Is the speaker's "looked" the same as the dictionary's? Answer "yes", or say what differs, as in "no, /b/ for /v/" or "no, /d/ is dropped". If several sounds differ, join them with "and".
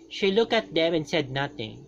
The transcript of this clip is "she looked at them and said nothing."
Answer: no, /t/ is dropped